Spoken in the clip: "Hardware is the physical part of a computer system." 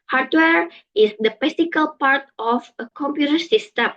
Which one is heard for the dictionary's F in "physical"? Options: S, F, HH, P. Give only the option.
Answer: P